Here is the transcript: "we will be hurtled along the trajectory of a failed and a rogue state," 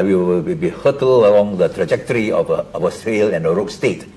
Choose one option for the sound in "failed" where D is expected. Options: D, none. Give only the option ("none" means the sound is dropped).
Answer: none